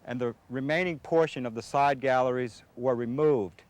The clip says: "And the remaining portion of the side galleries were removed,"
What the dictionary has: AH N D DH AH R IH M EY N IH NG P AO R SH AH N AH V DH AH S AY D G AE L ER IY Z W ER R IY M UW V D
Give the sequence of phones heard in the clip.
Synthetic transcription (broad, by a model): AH N DH AH R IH M EY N IH NG P AO R SH AH N AH V DH AH S AY D G AE L ER IY Z W ER R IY M UW V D